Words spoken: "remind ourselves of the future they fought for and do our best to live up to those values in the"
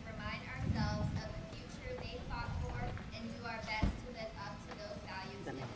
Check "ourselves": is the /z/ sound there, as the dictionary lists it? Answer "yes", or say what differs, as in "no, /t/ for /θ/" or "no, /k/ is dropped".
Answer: yes